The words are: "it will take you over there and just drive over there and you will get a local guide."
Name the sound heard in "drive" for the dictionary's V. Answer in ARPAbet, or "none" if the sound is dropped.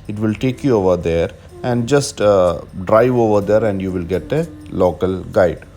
V